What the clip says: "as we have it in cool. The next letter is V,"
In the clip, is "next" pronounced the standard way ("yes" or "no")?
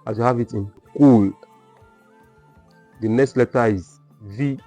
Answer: yes